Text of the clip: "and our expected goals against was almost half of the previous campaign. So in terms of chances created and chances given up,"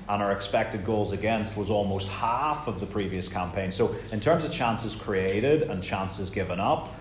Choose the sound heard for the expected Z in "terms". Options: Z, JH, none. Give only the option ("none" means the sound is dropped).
Z